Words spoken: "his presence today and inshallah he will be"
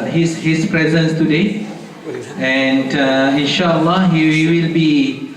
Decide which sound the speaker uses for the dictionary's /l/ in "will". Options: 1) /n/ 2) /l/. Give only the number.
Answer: 2